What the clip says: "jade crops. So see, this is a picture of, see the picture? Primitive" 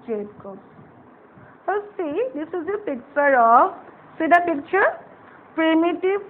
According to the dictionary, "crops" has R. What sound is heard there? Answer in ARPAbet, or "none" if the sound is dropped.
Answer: none